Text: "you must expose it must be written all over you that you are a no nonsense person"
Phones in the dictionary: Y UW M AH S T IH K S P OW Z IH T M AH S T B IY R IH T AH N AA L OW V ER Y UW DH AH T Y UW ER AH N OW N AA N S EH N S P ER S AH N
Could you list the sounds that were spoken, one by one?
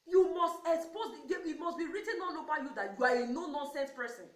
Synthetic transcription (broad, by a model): Y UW M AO S T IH K S P OW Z IH T M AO S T B IY R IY T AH N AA N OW B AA Y UW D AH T Y UW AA AH N OW N AA N S EH N S P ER S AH N